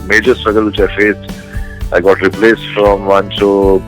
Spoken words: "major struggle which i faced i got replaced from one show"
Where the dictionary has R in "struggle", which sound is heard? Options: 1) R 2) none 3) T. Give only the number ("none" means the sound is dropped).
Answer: 1